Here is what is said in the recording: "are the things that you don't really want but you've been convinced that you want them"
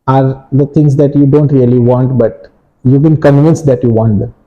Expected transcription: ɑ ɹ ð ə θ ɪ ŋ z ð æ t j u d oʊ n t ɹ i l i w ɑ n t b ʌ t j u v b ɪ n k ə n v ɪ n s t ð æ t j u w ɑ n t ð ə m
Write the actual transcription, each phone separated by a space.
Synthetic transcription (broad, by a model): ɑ ɹ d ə t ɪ ŋ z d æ t j u d oʊ n t ɹ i l i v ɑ n t b ʌ t j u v b ɪ n k ə n v ɪ n s t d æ t j u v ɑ n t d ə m